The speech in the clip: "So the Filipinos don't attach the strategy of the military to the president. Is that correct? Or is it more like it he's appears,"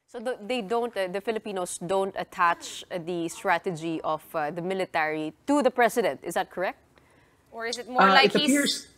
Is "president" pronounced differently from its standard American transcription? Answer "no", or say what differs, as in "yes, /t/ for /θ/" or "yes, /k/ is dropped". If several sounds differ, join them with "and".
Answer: yes, /s/ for /z/